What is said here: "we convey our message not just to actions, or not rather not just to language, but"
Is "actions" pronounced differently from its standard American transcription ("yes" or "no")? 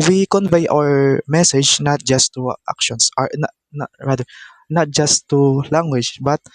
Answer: yes